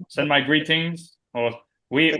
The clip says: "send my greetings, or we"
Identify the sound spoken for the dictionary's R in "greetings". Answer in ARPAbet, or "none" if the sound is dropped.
R